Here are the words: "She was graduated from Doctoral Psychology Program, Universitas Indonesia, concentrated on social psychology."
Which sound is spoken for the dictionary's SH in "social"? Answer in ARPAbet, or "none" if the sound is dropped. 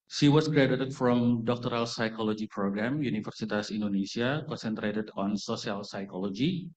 S